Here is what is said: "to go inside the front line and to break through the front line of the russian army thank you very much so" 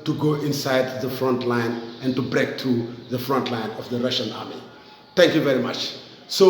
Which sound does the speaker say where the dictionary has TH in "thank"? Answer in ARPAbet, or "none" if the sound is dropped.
T